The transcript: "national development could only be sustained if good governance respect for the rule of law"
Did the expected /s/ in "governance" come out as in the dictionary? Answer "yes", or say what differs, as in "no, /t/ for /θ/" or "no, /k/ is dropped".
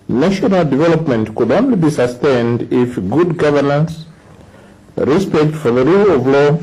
yes